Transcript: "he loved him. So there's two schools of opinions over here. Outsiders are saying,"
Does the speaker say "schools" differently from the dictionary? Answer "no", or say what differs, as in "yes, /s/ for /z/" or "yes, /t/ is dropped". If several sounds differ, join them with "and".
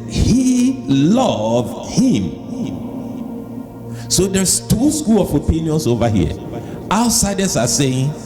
yes, /z/ is dropped